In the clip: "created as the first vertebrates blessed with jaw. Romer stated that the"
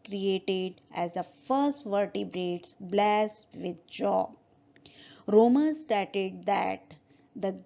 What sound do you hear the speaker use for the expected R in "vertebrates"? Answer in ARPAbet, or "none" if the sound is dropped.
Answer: R